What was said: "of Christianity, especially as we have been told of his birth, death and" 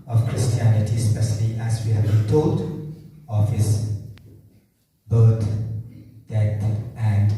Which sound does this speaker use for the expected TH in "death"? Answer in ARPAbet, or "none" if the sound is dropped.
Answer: T